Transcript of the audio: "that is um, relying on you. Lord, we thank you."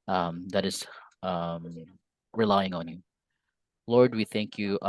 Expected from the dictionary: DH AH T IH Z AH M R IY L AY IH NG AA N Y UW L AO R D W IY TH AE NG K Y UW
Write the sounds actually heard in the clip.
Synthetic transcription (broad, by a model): DH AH T IH Z AH M R IY L AY IH NG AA N Y UW L AO R D W IY TH AE NG K Y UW